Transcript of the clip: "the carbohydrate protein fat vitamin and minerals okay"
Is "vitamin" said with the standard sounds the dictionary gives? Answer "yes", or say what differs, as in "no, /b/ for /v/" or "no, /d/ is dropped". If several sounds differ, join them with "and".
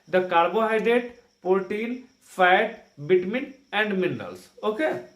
no, /b/ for /v/